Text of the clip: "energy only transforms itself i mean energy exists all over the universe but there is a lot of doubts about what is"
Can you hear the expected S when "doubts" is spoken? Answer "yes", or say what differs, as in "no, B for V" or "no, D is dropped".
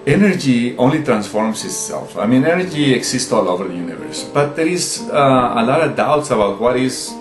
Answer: yes